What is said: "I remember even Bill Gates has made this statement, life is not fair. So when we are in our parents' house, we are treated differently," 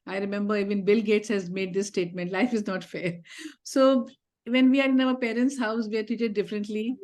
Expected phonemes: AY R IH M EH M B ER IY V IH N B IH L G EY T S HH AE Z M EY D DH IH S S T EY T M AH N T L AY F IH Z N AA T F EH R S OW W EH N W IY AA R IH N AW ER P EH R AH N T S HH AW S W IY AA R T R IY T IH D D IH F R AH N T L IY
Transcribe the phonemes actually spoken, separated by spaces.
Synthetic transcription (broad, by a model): AY R IH M EH M B ER IY V IH N B IH L G EY T S HH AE Z M EY D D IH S S T EY T M AH N T L AY F IH Z N AA T F EH R S OW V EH N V IY AA R IH N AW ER P EH R AH N T S HH AW S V IY AA R T IY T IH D D IH F R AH N T L IY